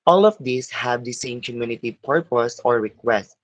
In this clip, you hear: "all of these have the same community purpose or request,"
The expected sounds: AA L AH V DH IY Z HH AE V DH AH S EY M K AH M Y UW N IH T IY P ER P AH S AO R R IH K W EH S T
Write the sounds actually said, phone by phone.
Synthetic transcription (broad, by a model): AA L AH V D IY S HH AE V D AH S EY M K AH M Y UW N IH T IY P ER P AH S AO R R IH K W EH S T